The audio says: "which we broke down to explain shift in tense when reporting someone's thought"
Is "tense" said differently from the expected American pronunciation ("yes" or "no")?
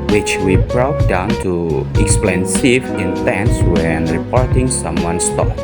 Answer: no